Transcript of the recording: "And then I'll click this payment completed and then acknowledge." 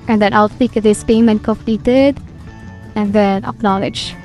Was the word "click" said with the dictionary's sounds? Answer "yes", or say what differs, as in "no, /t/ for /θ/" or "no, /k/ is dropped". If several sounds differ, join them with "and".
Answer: no, /l/ is dropped